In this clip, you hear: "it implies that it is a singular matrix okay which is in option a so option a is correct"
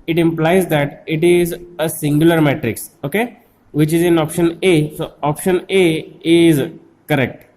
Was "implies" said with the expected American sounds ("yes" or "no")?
yes